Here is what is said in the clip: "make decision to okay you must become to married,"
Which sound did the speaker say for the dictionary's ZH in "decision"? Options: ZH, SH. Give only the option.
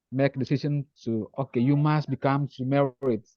SH